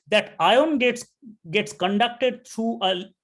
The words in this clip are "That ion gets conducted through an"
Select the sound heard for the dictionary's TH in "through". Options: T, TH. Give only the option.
T